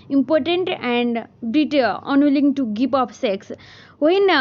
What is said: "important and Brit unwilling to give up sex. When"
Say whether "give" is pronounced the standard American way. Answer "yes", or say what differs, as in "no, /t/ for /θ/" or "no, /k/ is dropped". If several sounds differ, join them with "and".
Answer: no, /p/ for /v/